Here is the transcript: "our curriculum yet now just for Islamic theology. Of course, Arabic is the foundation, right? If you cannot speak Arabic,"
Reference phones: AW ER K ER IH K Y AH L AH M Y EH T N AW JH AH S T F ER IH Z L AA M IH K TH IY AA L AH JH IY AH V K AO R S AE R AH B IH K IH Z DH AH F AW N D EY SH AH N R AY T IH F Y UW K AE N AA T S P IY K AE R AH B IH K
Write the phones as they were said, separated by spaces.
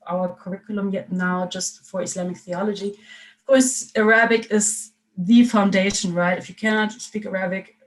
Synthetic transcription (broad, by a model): AW ER K ER IH K Y AH L AH M Y EH T N AW JH AH S T F ER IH S L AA M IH K TH IY AA L AH JH IY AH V K AO R S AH R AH B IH K IH Z DH AH F AW N D EY SH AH N R AY T IH F Y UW K AE N AA T S P IY K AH R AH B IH K